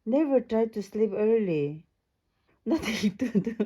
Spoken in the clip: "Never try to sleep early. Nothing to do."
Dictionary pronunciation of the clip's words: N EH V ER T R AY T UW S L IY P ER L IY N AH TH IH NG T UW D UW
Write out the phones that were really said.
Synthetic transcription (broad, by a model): N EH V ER T R AY T UW S L IY P ER L IY N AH T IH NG T UW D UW